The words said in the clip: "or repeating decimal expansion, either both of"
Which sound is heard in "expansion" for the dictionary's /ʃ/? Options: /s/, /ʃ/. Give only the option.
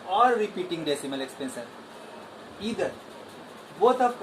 /s/